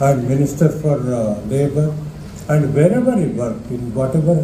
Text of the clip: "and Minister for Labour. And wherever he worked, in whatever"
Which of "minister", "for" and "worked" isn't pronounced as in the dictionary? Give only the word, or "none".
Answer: worked